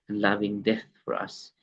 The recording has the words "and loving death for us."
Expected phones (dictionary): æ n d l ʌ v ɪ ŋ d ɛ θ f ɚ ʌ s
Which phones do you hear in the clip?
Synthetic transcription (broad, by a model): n l ʌ v ɪ ŋ d ɛ θ f ɚ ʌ s